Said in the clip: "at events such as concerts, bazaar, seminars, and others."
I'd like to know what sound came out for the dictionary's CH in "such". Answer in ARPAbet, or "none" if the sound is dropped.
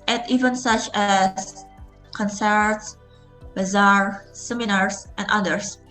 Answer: CH